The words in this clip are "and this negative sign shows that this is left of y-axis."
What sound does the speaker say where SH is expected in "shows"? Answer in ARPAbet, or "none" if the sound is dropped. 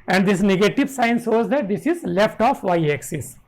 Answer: S